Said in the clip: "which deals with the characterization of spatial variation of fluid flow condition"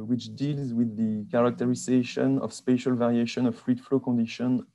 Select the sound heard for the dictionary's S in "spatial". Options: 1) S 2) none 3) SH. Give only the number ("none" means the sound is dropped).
1